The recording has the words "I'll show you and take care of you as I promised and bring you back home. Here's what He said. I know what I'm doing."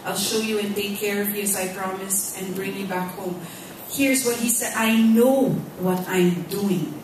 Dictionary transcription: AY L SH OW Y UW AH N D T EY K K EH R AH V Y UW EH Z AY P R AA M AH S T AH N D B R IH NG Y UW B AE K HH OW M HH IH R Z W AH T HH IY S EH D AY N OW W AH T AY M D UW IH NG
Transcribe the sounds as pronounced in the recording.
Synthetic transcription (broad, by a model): AY L SH OW Y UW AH N T EY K K EH R AH V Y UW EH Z AY P R AA M AH S T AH N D B R IH NG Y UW B AE K HH OW M HH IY R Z W AH T HH IY S EH D AY N OW W AH T AY M D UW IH NG